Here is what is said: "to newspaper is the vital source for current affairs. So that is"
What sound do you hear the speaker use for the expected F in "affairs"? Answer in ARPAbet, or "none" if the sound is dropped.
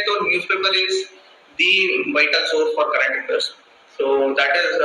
P